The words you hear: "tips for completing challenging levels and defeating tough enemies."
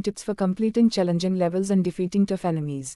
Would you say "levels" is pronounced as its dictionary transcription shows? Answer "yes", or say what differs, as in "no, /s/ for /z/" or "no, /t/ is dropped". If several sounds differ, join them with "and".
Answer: yes